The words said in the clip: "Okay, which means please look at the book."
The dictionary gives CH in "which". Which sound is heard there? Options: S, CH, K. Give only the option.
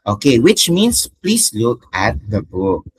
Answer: CH